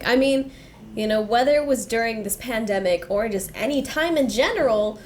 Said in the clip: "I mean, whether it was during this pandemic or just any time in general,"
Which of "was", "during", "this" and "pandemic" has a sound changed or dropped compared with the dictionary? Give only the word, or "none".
none